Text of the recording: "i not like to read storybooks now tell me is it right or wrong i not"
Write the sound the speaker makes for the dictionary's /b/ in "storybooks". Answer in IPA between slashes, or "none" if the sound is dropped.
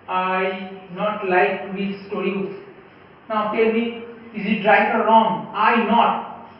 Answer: none